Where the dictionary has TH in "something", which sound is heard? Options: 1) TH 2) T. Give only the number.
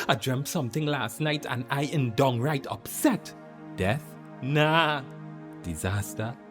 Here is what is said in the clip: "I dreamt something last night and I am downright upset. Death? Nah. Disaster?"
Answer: 1